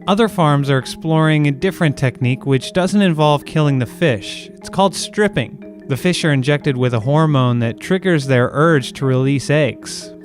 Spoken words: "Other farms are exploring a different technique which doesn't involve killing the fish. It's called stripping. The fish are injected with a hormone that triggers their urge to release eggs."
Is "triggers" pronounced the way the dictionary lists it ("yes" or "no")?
yes